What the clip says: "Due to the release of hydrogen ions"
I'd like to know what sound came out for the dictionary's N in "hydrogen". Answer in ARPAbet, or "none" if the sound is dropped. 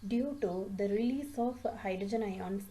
N